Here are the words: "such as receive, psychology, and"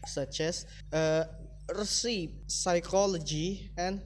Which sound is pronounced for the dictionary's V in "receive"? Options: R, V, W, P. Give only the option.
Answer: P